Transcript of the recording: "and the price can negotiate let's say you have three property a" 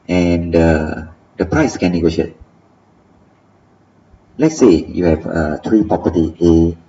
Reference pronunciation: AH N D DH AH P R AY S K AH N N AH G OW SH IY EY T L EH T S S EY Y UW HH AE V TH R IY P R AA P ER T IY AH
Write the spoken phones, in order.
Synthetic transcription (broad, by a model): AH N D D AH P R AY S K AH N N AH G OW SH IY EY T L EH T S S EY Y UW HH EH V T R IY P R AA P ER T IY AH